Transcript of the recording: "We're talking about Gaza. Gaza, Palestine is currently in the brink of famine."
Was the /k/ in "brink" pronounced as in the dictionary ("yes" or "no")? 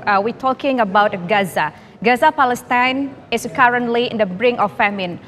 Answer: no